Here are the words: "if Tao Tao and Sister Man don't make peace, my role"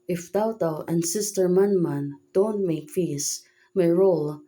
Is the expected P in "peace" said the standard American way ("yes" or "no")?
no